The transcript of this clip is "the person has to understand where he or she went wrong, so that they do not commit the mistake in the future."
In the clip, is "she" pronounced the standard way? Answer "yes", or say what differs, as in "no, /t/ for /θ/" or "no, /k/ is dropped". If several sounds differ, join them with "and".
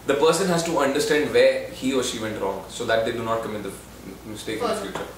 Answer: yes